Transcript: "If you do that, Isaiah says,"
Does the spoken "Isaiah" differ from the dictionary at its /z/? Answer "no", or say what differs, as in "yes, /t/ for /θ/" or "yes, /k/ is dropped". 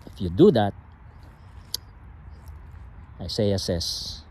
yes, /s/ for /z/